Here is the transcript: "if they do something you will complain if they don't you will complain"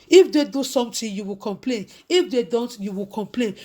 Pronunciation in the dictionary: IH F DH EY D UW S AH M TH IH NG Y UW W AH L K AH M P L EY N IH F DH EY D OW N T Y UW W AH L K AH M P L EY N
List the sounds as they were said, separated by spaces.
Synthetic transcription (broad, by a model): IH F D EY D UW S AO M T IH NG Y UW W AH L K AH M P L EY N IH F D EY D OW N T Y UW W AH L K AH M P L EY N